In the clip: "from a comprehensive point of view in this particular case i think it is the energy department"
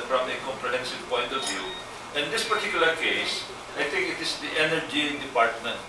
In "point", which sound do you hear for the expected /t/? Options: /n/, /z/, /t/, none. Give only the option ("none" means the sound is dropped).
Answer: /t/